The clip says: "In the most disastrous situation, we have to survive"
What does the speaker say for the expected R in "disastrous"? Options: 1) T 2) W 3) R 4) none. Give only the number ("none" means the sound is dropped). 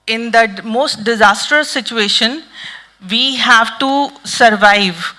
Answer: 4